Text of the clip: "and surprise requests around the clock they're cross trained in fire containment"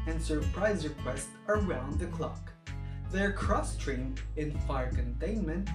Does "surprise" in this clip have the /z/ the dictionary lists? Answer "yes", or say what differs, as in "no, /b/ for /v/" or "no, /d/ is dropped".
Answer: yes